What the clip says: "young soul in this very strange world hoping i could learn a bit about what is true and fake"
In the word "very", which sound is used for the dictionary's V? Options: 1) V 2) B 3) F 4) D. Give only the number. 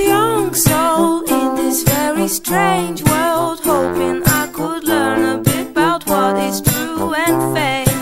1